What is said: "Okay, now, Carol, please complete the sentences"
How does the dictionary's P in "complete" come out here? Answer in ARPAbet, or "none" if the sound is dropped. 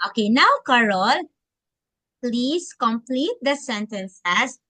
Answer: P